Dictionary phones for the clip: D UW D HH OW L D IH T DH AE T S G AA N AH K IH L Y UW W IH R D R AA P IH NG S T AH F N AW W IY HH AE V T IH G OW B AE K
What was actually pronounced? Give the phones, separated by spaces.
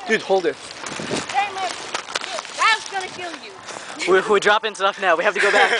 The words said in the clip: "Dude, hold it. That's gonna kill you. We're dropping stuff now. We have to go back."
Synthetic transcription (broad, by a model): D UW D HH OW L D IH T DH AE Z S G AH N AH K IH L Y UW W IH W D R AA P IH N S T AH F N AW W IY HH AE F T IH G OW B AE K